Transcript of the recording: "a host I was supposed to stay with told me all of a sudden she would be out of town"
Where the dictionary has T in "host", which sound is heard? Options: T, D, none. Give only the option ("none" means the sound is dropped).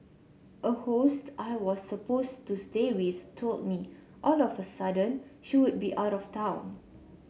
T